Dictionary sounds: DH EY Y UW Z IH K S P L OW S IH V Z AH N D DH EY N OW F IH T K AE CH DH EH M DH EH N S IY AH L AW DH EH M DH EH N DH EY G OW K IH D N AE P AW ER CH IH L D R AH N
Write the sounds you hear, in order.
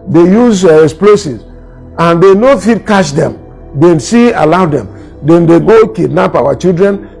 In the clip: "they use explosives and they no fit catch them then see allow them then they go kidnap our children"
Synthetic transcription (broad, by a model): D EY Y UW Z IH S P L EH S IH Z AH N D EY N OW F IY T K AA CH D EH M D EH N S IY AH L AW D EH M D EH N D EY G OW K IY D N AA P AW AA CH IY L D R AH N